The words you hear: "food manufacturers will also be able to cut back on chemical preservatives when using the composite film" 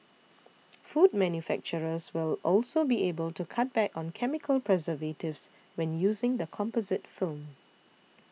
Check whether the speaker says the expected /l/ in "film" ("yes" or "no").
yes